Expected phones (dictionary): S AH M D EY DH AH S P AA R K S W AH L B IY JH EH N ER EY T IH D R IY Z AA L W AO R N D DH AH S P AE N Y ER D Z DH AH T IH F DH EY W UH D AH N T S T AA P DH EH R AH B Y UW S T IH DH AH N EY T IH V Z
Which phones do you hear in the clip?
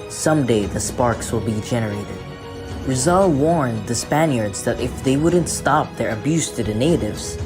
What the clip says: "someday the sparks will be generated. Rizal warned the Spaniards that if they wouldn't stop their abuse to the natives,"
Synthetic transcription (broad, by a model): S AH M D EY DH AH S P AA R K S W AH L B IY JH EH N ER EY T IH D R IY Z AA L W AO R N DH AH S P AE N Y ER D Z DH AH T IH F DH EY W UH D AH N T S T AA P DH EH R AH B Y UW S T IH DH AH N EY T IH V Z